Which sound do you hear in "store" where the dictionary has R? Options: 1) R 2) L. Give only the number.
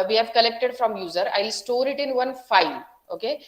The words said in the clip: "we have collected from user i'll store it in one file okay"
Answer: 1